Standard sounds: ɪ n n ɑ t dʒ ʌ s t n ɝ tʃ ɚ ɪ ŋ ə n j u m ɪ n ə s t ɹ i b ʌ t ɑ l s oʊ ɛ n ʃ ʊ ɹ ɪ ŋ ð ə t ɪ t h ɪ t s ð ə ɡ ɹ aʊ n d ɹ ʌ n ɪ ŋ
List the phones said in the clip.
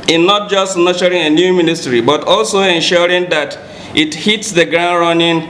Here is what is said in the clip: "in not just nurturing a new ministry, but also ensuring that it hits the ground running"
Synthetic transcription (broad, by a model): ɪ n n ɑ t dʒ ʌ s t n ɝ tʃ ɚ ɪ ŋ ə n j u m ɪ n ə s t ɹ i b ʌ t ɑ l s oʊ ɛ n ʃ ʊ ɹ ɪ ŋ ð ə t ɪ t h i t s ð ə ɡ ɹ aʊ n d ɹ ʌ n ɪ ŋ